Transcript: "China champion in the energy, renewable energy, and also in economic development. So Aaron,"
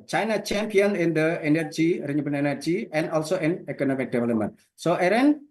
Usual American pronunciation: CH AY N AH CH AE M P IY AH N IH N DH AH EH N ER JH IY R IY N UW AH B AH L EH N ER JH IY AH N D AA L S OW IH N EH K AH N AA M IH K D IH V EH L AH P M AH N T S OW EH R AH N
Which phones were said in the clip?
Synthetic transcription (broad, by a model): CH AY N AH CH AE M P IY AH N IH N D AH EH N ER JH IY R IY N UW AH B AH N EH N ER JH IY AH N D AA L S OW IH N EH K AH N AA M IH K D IH V EH L AH P M AH N T S OW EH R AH N